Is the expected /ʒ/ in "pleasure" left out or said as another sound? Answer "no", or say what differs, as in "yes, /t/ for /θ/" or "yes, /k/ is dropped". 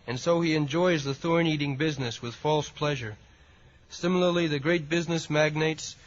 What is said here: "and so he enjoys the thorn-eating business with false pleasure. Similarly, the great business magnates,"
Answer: no